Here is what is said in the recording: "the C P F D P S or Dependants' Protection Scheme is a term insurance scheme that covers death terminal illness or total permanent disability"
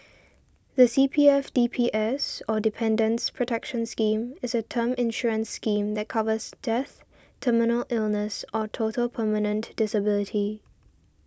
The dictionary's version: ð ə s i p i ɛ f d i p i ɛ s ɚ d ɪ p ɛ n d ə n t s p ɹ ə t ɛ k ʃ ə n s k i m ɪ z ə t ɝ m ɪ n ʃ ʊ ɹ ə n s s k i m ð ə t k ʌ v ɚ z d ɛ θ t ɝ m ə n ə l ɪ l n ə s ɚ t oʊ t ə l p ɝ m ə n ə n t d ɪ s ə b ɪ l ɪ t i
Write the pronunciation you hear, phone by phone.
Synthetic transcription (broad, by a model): ð ə s i p i ɛ f d i p i ɛ s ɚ d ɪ p ɛ n d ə n s p ɹ ə t ɛ k ʃ ə n s k i m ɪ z ə t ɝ m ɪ n ʃ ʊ ɹ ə n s s k i m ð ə t k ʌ v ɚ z d ɛ θ t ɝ m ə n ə l ɪ l n ə s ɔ t oʊ t ə l p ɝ m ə n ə n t d ɪ s ə b ɪ l ɪ t i